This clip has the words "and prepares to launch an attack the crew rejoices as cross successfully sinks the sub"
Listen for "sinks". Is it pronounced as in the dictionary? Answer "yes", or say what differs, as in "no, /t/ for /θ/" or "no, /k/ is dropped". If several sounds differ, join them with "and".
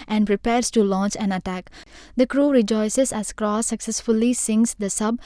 no, /k/ is dropped